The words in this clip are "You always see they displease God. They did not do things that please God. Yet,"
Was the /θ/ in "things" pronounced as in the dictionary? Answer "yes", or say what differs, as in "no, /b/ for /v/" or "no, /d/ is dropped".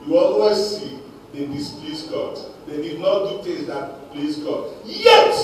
no, /t/ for /θ/